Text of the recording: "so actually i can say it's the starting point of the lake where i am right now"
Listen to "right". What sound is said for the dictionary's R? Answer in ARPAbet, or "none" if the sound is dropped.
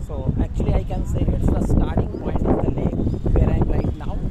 L